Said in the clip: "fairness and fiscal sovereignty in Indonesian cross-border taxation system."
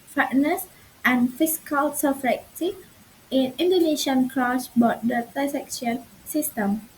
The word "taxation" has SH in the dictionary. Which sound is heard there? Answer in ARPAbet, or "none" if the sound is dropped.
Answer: none